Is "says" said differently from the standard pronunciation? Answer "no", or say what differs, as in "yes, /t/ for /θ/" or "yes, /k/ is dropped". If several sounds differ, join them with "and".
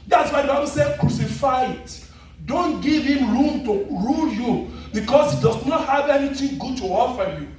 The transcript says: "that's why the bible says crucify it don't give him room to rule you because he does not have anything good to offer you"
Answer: yes, /z/ is dropped